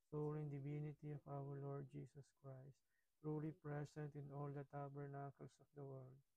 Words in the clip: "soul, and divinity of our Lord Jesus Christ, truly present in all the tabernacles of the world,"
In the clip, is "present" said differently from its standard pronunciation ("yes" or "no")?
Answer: yes